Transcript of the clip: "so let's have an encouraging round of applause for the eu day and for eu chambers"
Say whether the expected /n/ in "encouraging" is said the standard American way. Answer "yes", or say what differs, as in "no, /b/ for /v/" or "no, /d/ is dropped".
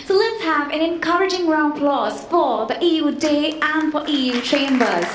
yes